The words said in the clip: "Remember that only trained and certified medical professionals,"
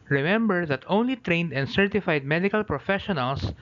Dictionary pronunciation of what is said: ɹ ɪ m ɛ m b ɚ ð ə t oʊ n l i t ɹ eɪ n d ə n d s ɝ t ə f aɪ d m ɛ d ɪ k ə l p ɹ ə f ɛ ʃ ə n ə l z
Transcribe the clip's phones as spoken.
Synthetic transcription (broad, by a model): ɹ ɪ m ɛ m b ɚ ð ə t oʊ n l i t ɹ eɪ n d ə n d s ɝ t ə f aɪ d m ɛ d ɪ k ə l p ɹ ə f ɛ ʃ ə n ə l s